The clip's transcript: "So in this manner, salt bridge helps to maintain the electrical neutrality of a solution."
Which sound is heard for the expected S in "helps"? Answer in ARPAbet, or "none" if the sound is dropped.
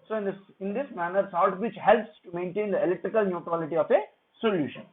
S